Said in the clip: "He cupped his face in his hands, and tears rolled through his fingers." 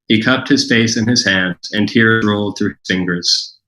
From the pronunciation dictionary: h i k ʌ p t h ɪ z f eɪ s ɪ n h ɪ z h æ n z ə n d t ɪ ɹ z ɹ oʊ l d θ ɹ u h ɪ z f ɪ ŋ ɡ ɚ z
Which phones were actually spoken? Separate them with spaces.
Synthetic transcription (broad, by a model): h i k ʌ p t h ɪ z f eɪ s ɪ n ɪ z h æ n z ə n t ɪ ɹ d ɹ oʊ l d θ ɹ u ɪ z f ɪ ŋ ɡ ɚ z